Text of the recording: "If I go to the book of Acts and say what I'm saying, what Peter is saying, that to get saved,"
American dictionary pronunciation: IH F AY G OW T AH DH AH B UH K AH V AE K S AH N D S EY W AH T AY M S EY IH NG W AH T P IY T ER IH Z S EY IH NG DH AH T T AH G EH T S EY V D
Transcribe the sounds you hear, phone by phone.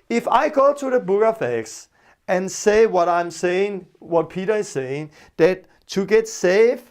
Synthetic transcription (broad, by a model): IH F AY G OW T AH DH AH B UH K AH F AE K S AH N S EY W AH T AY M S EY IH NG W AH T P IY T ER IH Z S EY IH NG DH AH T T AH G EH T S EY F